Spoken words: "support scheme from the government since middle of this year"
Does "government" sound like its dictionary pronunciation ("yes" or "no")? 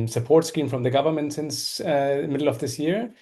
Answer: yes